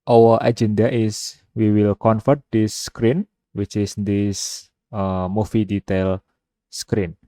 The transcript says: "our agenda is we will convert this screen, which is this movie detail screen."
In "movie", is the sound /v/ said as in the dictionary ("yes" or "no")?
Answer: no